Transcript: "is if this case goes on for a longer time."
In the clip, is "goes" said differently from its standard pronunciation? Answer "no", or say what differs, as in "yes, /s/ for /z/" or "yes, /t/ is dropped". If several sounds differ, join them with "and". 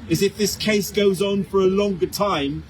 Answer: no